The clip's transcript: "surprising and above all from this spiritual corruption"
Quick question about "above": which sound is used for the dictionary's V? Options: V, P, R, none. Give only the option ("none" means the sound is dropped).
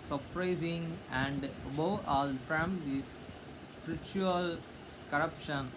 none